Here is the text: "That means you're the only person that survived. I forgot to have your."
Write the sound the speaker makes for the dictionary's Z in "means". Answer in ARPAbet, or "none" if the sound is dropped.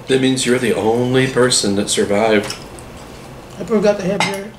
Z